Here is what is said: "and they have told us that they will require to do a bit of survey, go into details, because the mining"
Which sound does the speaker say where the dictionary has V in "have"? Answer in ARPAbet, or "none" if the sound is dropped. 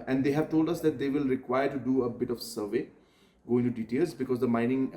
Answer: V